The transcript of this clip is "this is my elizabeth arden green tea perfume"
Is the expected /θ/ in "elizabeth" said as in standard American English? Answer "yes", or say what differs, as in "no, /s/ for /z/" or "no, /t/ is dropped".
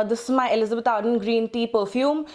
no, /t/ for /θ/